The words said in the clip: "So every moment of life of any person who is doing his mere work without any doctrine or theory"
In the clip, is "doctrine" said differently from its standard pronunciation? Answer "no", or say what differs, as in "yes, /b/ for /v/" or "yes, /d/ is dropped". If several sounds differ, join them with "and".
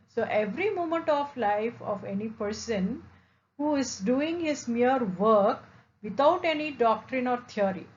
no